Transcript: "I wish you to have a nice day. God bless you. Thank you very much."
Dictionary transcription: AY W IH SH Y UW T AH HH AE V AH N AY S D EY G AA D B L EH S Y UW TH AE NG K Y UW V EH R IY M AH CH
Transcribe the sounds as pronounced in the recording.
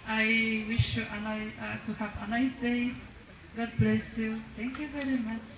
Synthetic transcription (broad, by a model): AY W IH SH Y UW T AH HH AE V AH N AY S D EY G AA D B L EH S Y UW T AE NG K Y UW V EH R IY M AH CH